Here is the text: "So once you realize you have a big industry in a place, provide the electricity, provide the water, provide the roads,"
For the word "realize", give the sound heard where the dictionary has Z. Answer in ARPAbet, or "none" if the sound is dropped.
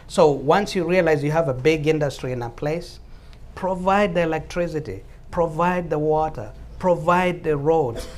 Z